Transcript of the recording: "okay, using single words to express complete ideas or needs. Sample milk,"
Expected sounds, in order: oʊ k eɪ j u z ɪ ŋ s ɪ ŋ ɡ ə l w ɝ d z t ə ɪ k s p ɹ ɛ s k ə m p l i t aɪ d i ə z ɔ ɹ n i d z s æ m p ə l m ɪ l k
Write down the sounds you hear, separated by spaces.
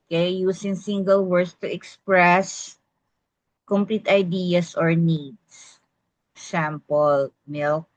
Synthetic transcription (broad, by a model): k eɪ j u s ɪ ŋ s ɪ ŋ ɡ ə l w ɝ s t ə ɪ k s p ɹ ɛ s k ə m p l i t aɪ d i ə s ɔ ɹ n i d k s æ m p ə l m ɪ l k